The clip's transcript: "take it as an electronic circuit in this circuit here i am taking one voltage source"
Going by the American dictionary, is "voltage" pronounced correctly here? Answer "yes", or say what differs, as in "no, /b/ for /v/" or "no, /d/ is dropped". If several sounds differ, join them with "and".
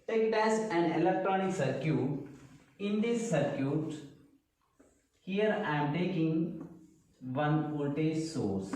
no, /p/ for /v/